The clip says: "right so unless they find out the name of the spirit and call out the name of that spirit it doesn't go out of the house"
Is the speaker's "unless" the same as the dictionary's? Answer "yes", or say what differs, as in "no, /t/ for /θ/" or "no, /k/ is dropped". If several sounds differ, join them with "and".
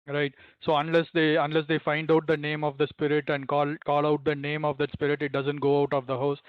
yes